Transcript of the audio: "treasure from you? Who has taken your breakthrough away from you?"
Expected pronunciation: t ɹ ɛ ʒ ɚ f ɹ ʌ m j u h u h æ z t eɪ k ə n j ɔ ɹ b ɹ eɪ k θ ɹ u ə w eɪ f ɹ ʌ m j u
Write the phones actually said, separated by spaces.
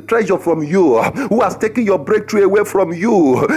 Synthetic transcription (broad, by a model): t ɹ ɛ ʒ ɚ f ɹ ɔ m j u h u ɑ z t eɪ k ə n j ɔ b ɹ eɪ k t ɹ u ə w eɪ f ɹ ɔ m j u